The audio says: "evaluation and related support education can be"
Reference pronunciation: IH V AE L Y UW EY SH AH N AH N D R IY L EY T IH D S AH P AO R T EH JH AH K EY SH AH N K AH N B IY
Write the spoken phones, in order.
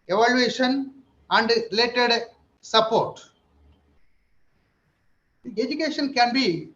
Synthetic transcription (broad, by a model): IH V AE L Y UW EY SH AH N AH N D R IY L EY T IH D S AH P AO R T EH JH AH K EY SH AH N K AH N B IY